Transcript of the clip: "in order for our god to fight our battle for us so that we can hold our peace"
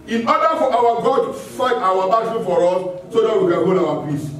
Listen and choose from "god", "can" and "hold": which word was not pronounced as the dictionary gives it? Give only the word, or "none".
hold